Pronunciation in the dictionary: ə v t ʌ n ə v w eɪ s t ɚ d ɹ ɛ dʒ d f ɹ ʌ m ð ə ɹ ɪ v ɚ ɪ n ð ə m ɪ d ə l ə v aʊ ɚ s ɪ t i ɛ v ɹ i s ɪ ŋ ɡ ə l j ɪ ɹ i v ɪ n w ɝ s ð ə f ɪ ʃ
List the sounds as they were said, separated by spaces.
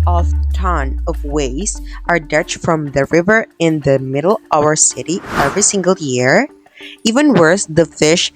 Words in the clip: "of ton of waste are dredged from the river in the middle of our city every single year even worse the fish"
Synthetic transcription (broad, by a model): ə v t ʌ n ə v w eɪ s t ɚ d ɛ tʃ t f ɹ ʌ m ð ə ɹ ɪ v ɚ ɪ n ð ə m ɪ d l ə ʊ ɚ s ɪ t i ɛ v ɹ i s ɪ ŋ ɡ ə l j ɪ ɹ i v ɪ n w ɝ s ð ə f ɪ ʃ